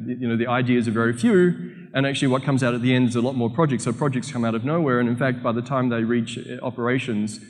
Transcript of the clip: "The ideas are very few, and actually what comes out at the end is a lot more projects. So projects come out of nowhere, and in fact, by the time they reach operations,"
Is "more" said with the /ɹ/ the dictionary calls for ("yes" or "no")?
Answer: yes